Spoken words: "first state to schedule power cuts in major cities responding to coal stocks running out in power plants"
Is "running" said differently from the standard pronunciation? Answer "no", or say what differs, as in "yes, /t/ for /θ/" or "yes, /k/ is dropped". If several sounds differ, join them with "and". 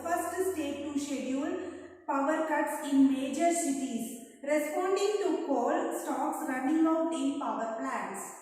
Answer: no